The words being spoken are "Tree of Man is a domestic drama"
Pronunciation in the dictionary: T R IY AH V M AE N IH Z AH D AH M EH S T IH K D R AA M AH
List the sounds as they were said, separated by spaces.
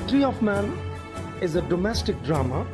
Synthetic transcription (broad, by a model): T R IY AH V M AE N IH Z AH D AH M EH S T IH K D R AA M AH